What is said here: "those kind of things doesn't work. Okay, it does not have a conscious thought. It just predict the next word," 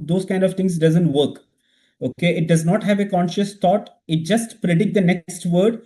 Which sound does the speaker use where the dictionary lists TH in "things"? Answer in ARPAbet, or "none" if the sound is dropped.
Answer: T